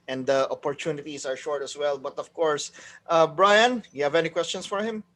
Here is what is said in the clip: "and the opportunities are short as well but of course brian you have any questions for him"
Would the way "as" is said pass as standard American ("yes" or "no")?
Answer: no